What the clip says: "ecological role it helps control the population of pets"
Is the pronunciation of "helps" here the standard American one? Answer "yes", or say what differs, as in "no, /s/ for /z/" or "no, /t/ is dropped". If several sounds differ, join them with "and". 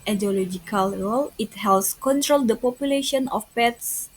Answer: no, /p/ is dropped